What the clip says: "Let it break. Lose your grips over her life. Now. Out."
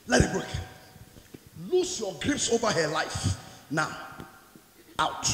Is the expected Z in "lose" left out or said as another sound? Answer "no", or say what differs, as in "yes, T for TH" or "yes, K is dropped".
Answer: yes, S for Z